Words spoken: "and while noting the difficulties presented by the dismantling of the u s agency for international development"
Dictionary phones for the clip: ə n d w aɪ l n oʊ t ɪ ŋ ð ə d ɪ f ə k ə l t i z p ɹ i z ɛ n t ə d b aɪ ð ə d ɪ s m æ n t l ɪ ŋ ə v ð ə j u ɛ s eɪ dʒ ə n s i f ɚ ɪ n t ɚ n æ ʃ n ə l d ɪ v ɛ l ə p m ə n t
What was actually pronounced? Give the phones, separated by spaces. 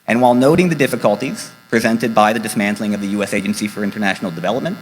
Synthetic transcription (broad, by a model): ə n w aɪ l n oʊ t ɪ ŋ ð ə d ɪ f ə k ə l t i z p ɹ i z ɛ n t ə d b aɪ ð ə d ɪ s m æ n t l ɪ ŋ ə v ð ə j u ɛ s eɪ dʒ ə n s i f ɚ ɪ n t ɚ n æ ʃ n l d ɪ v ɛ l ə p m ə n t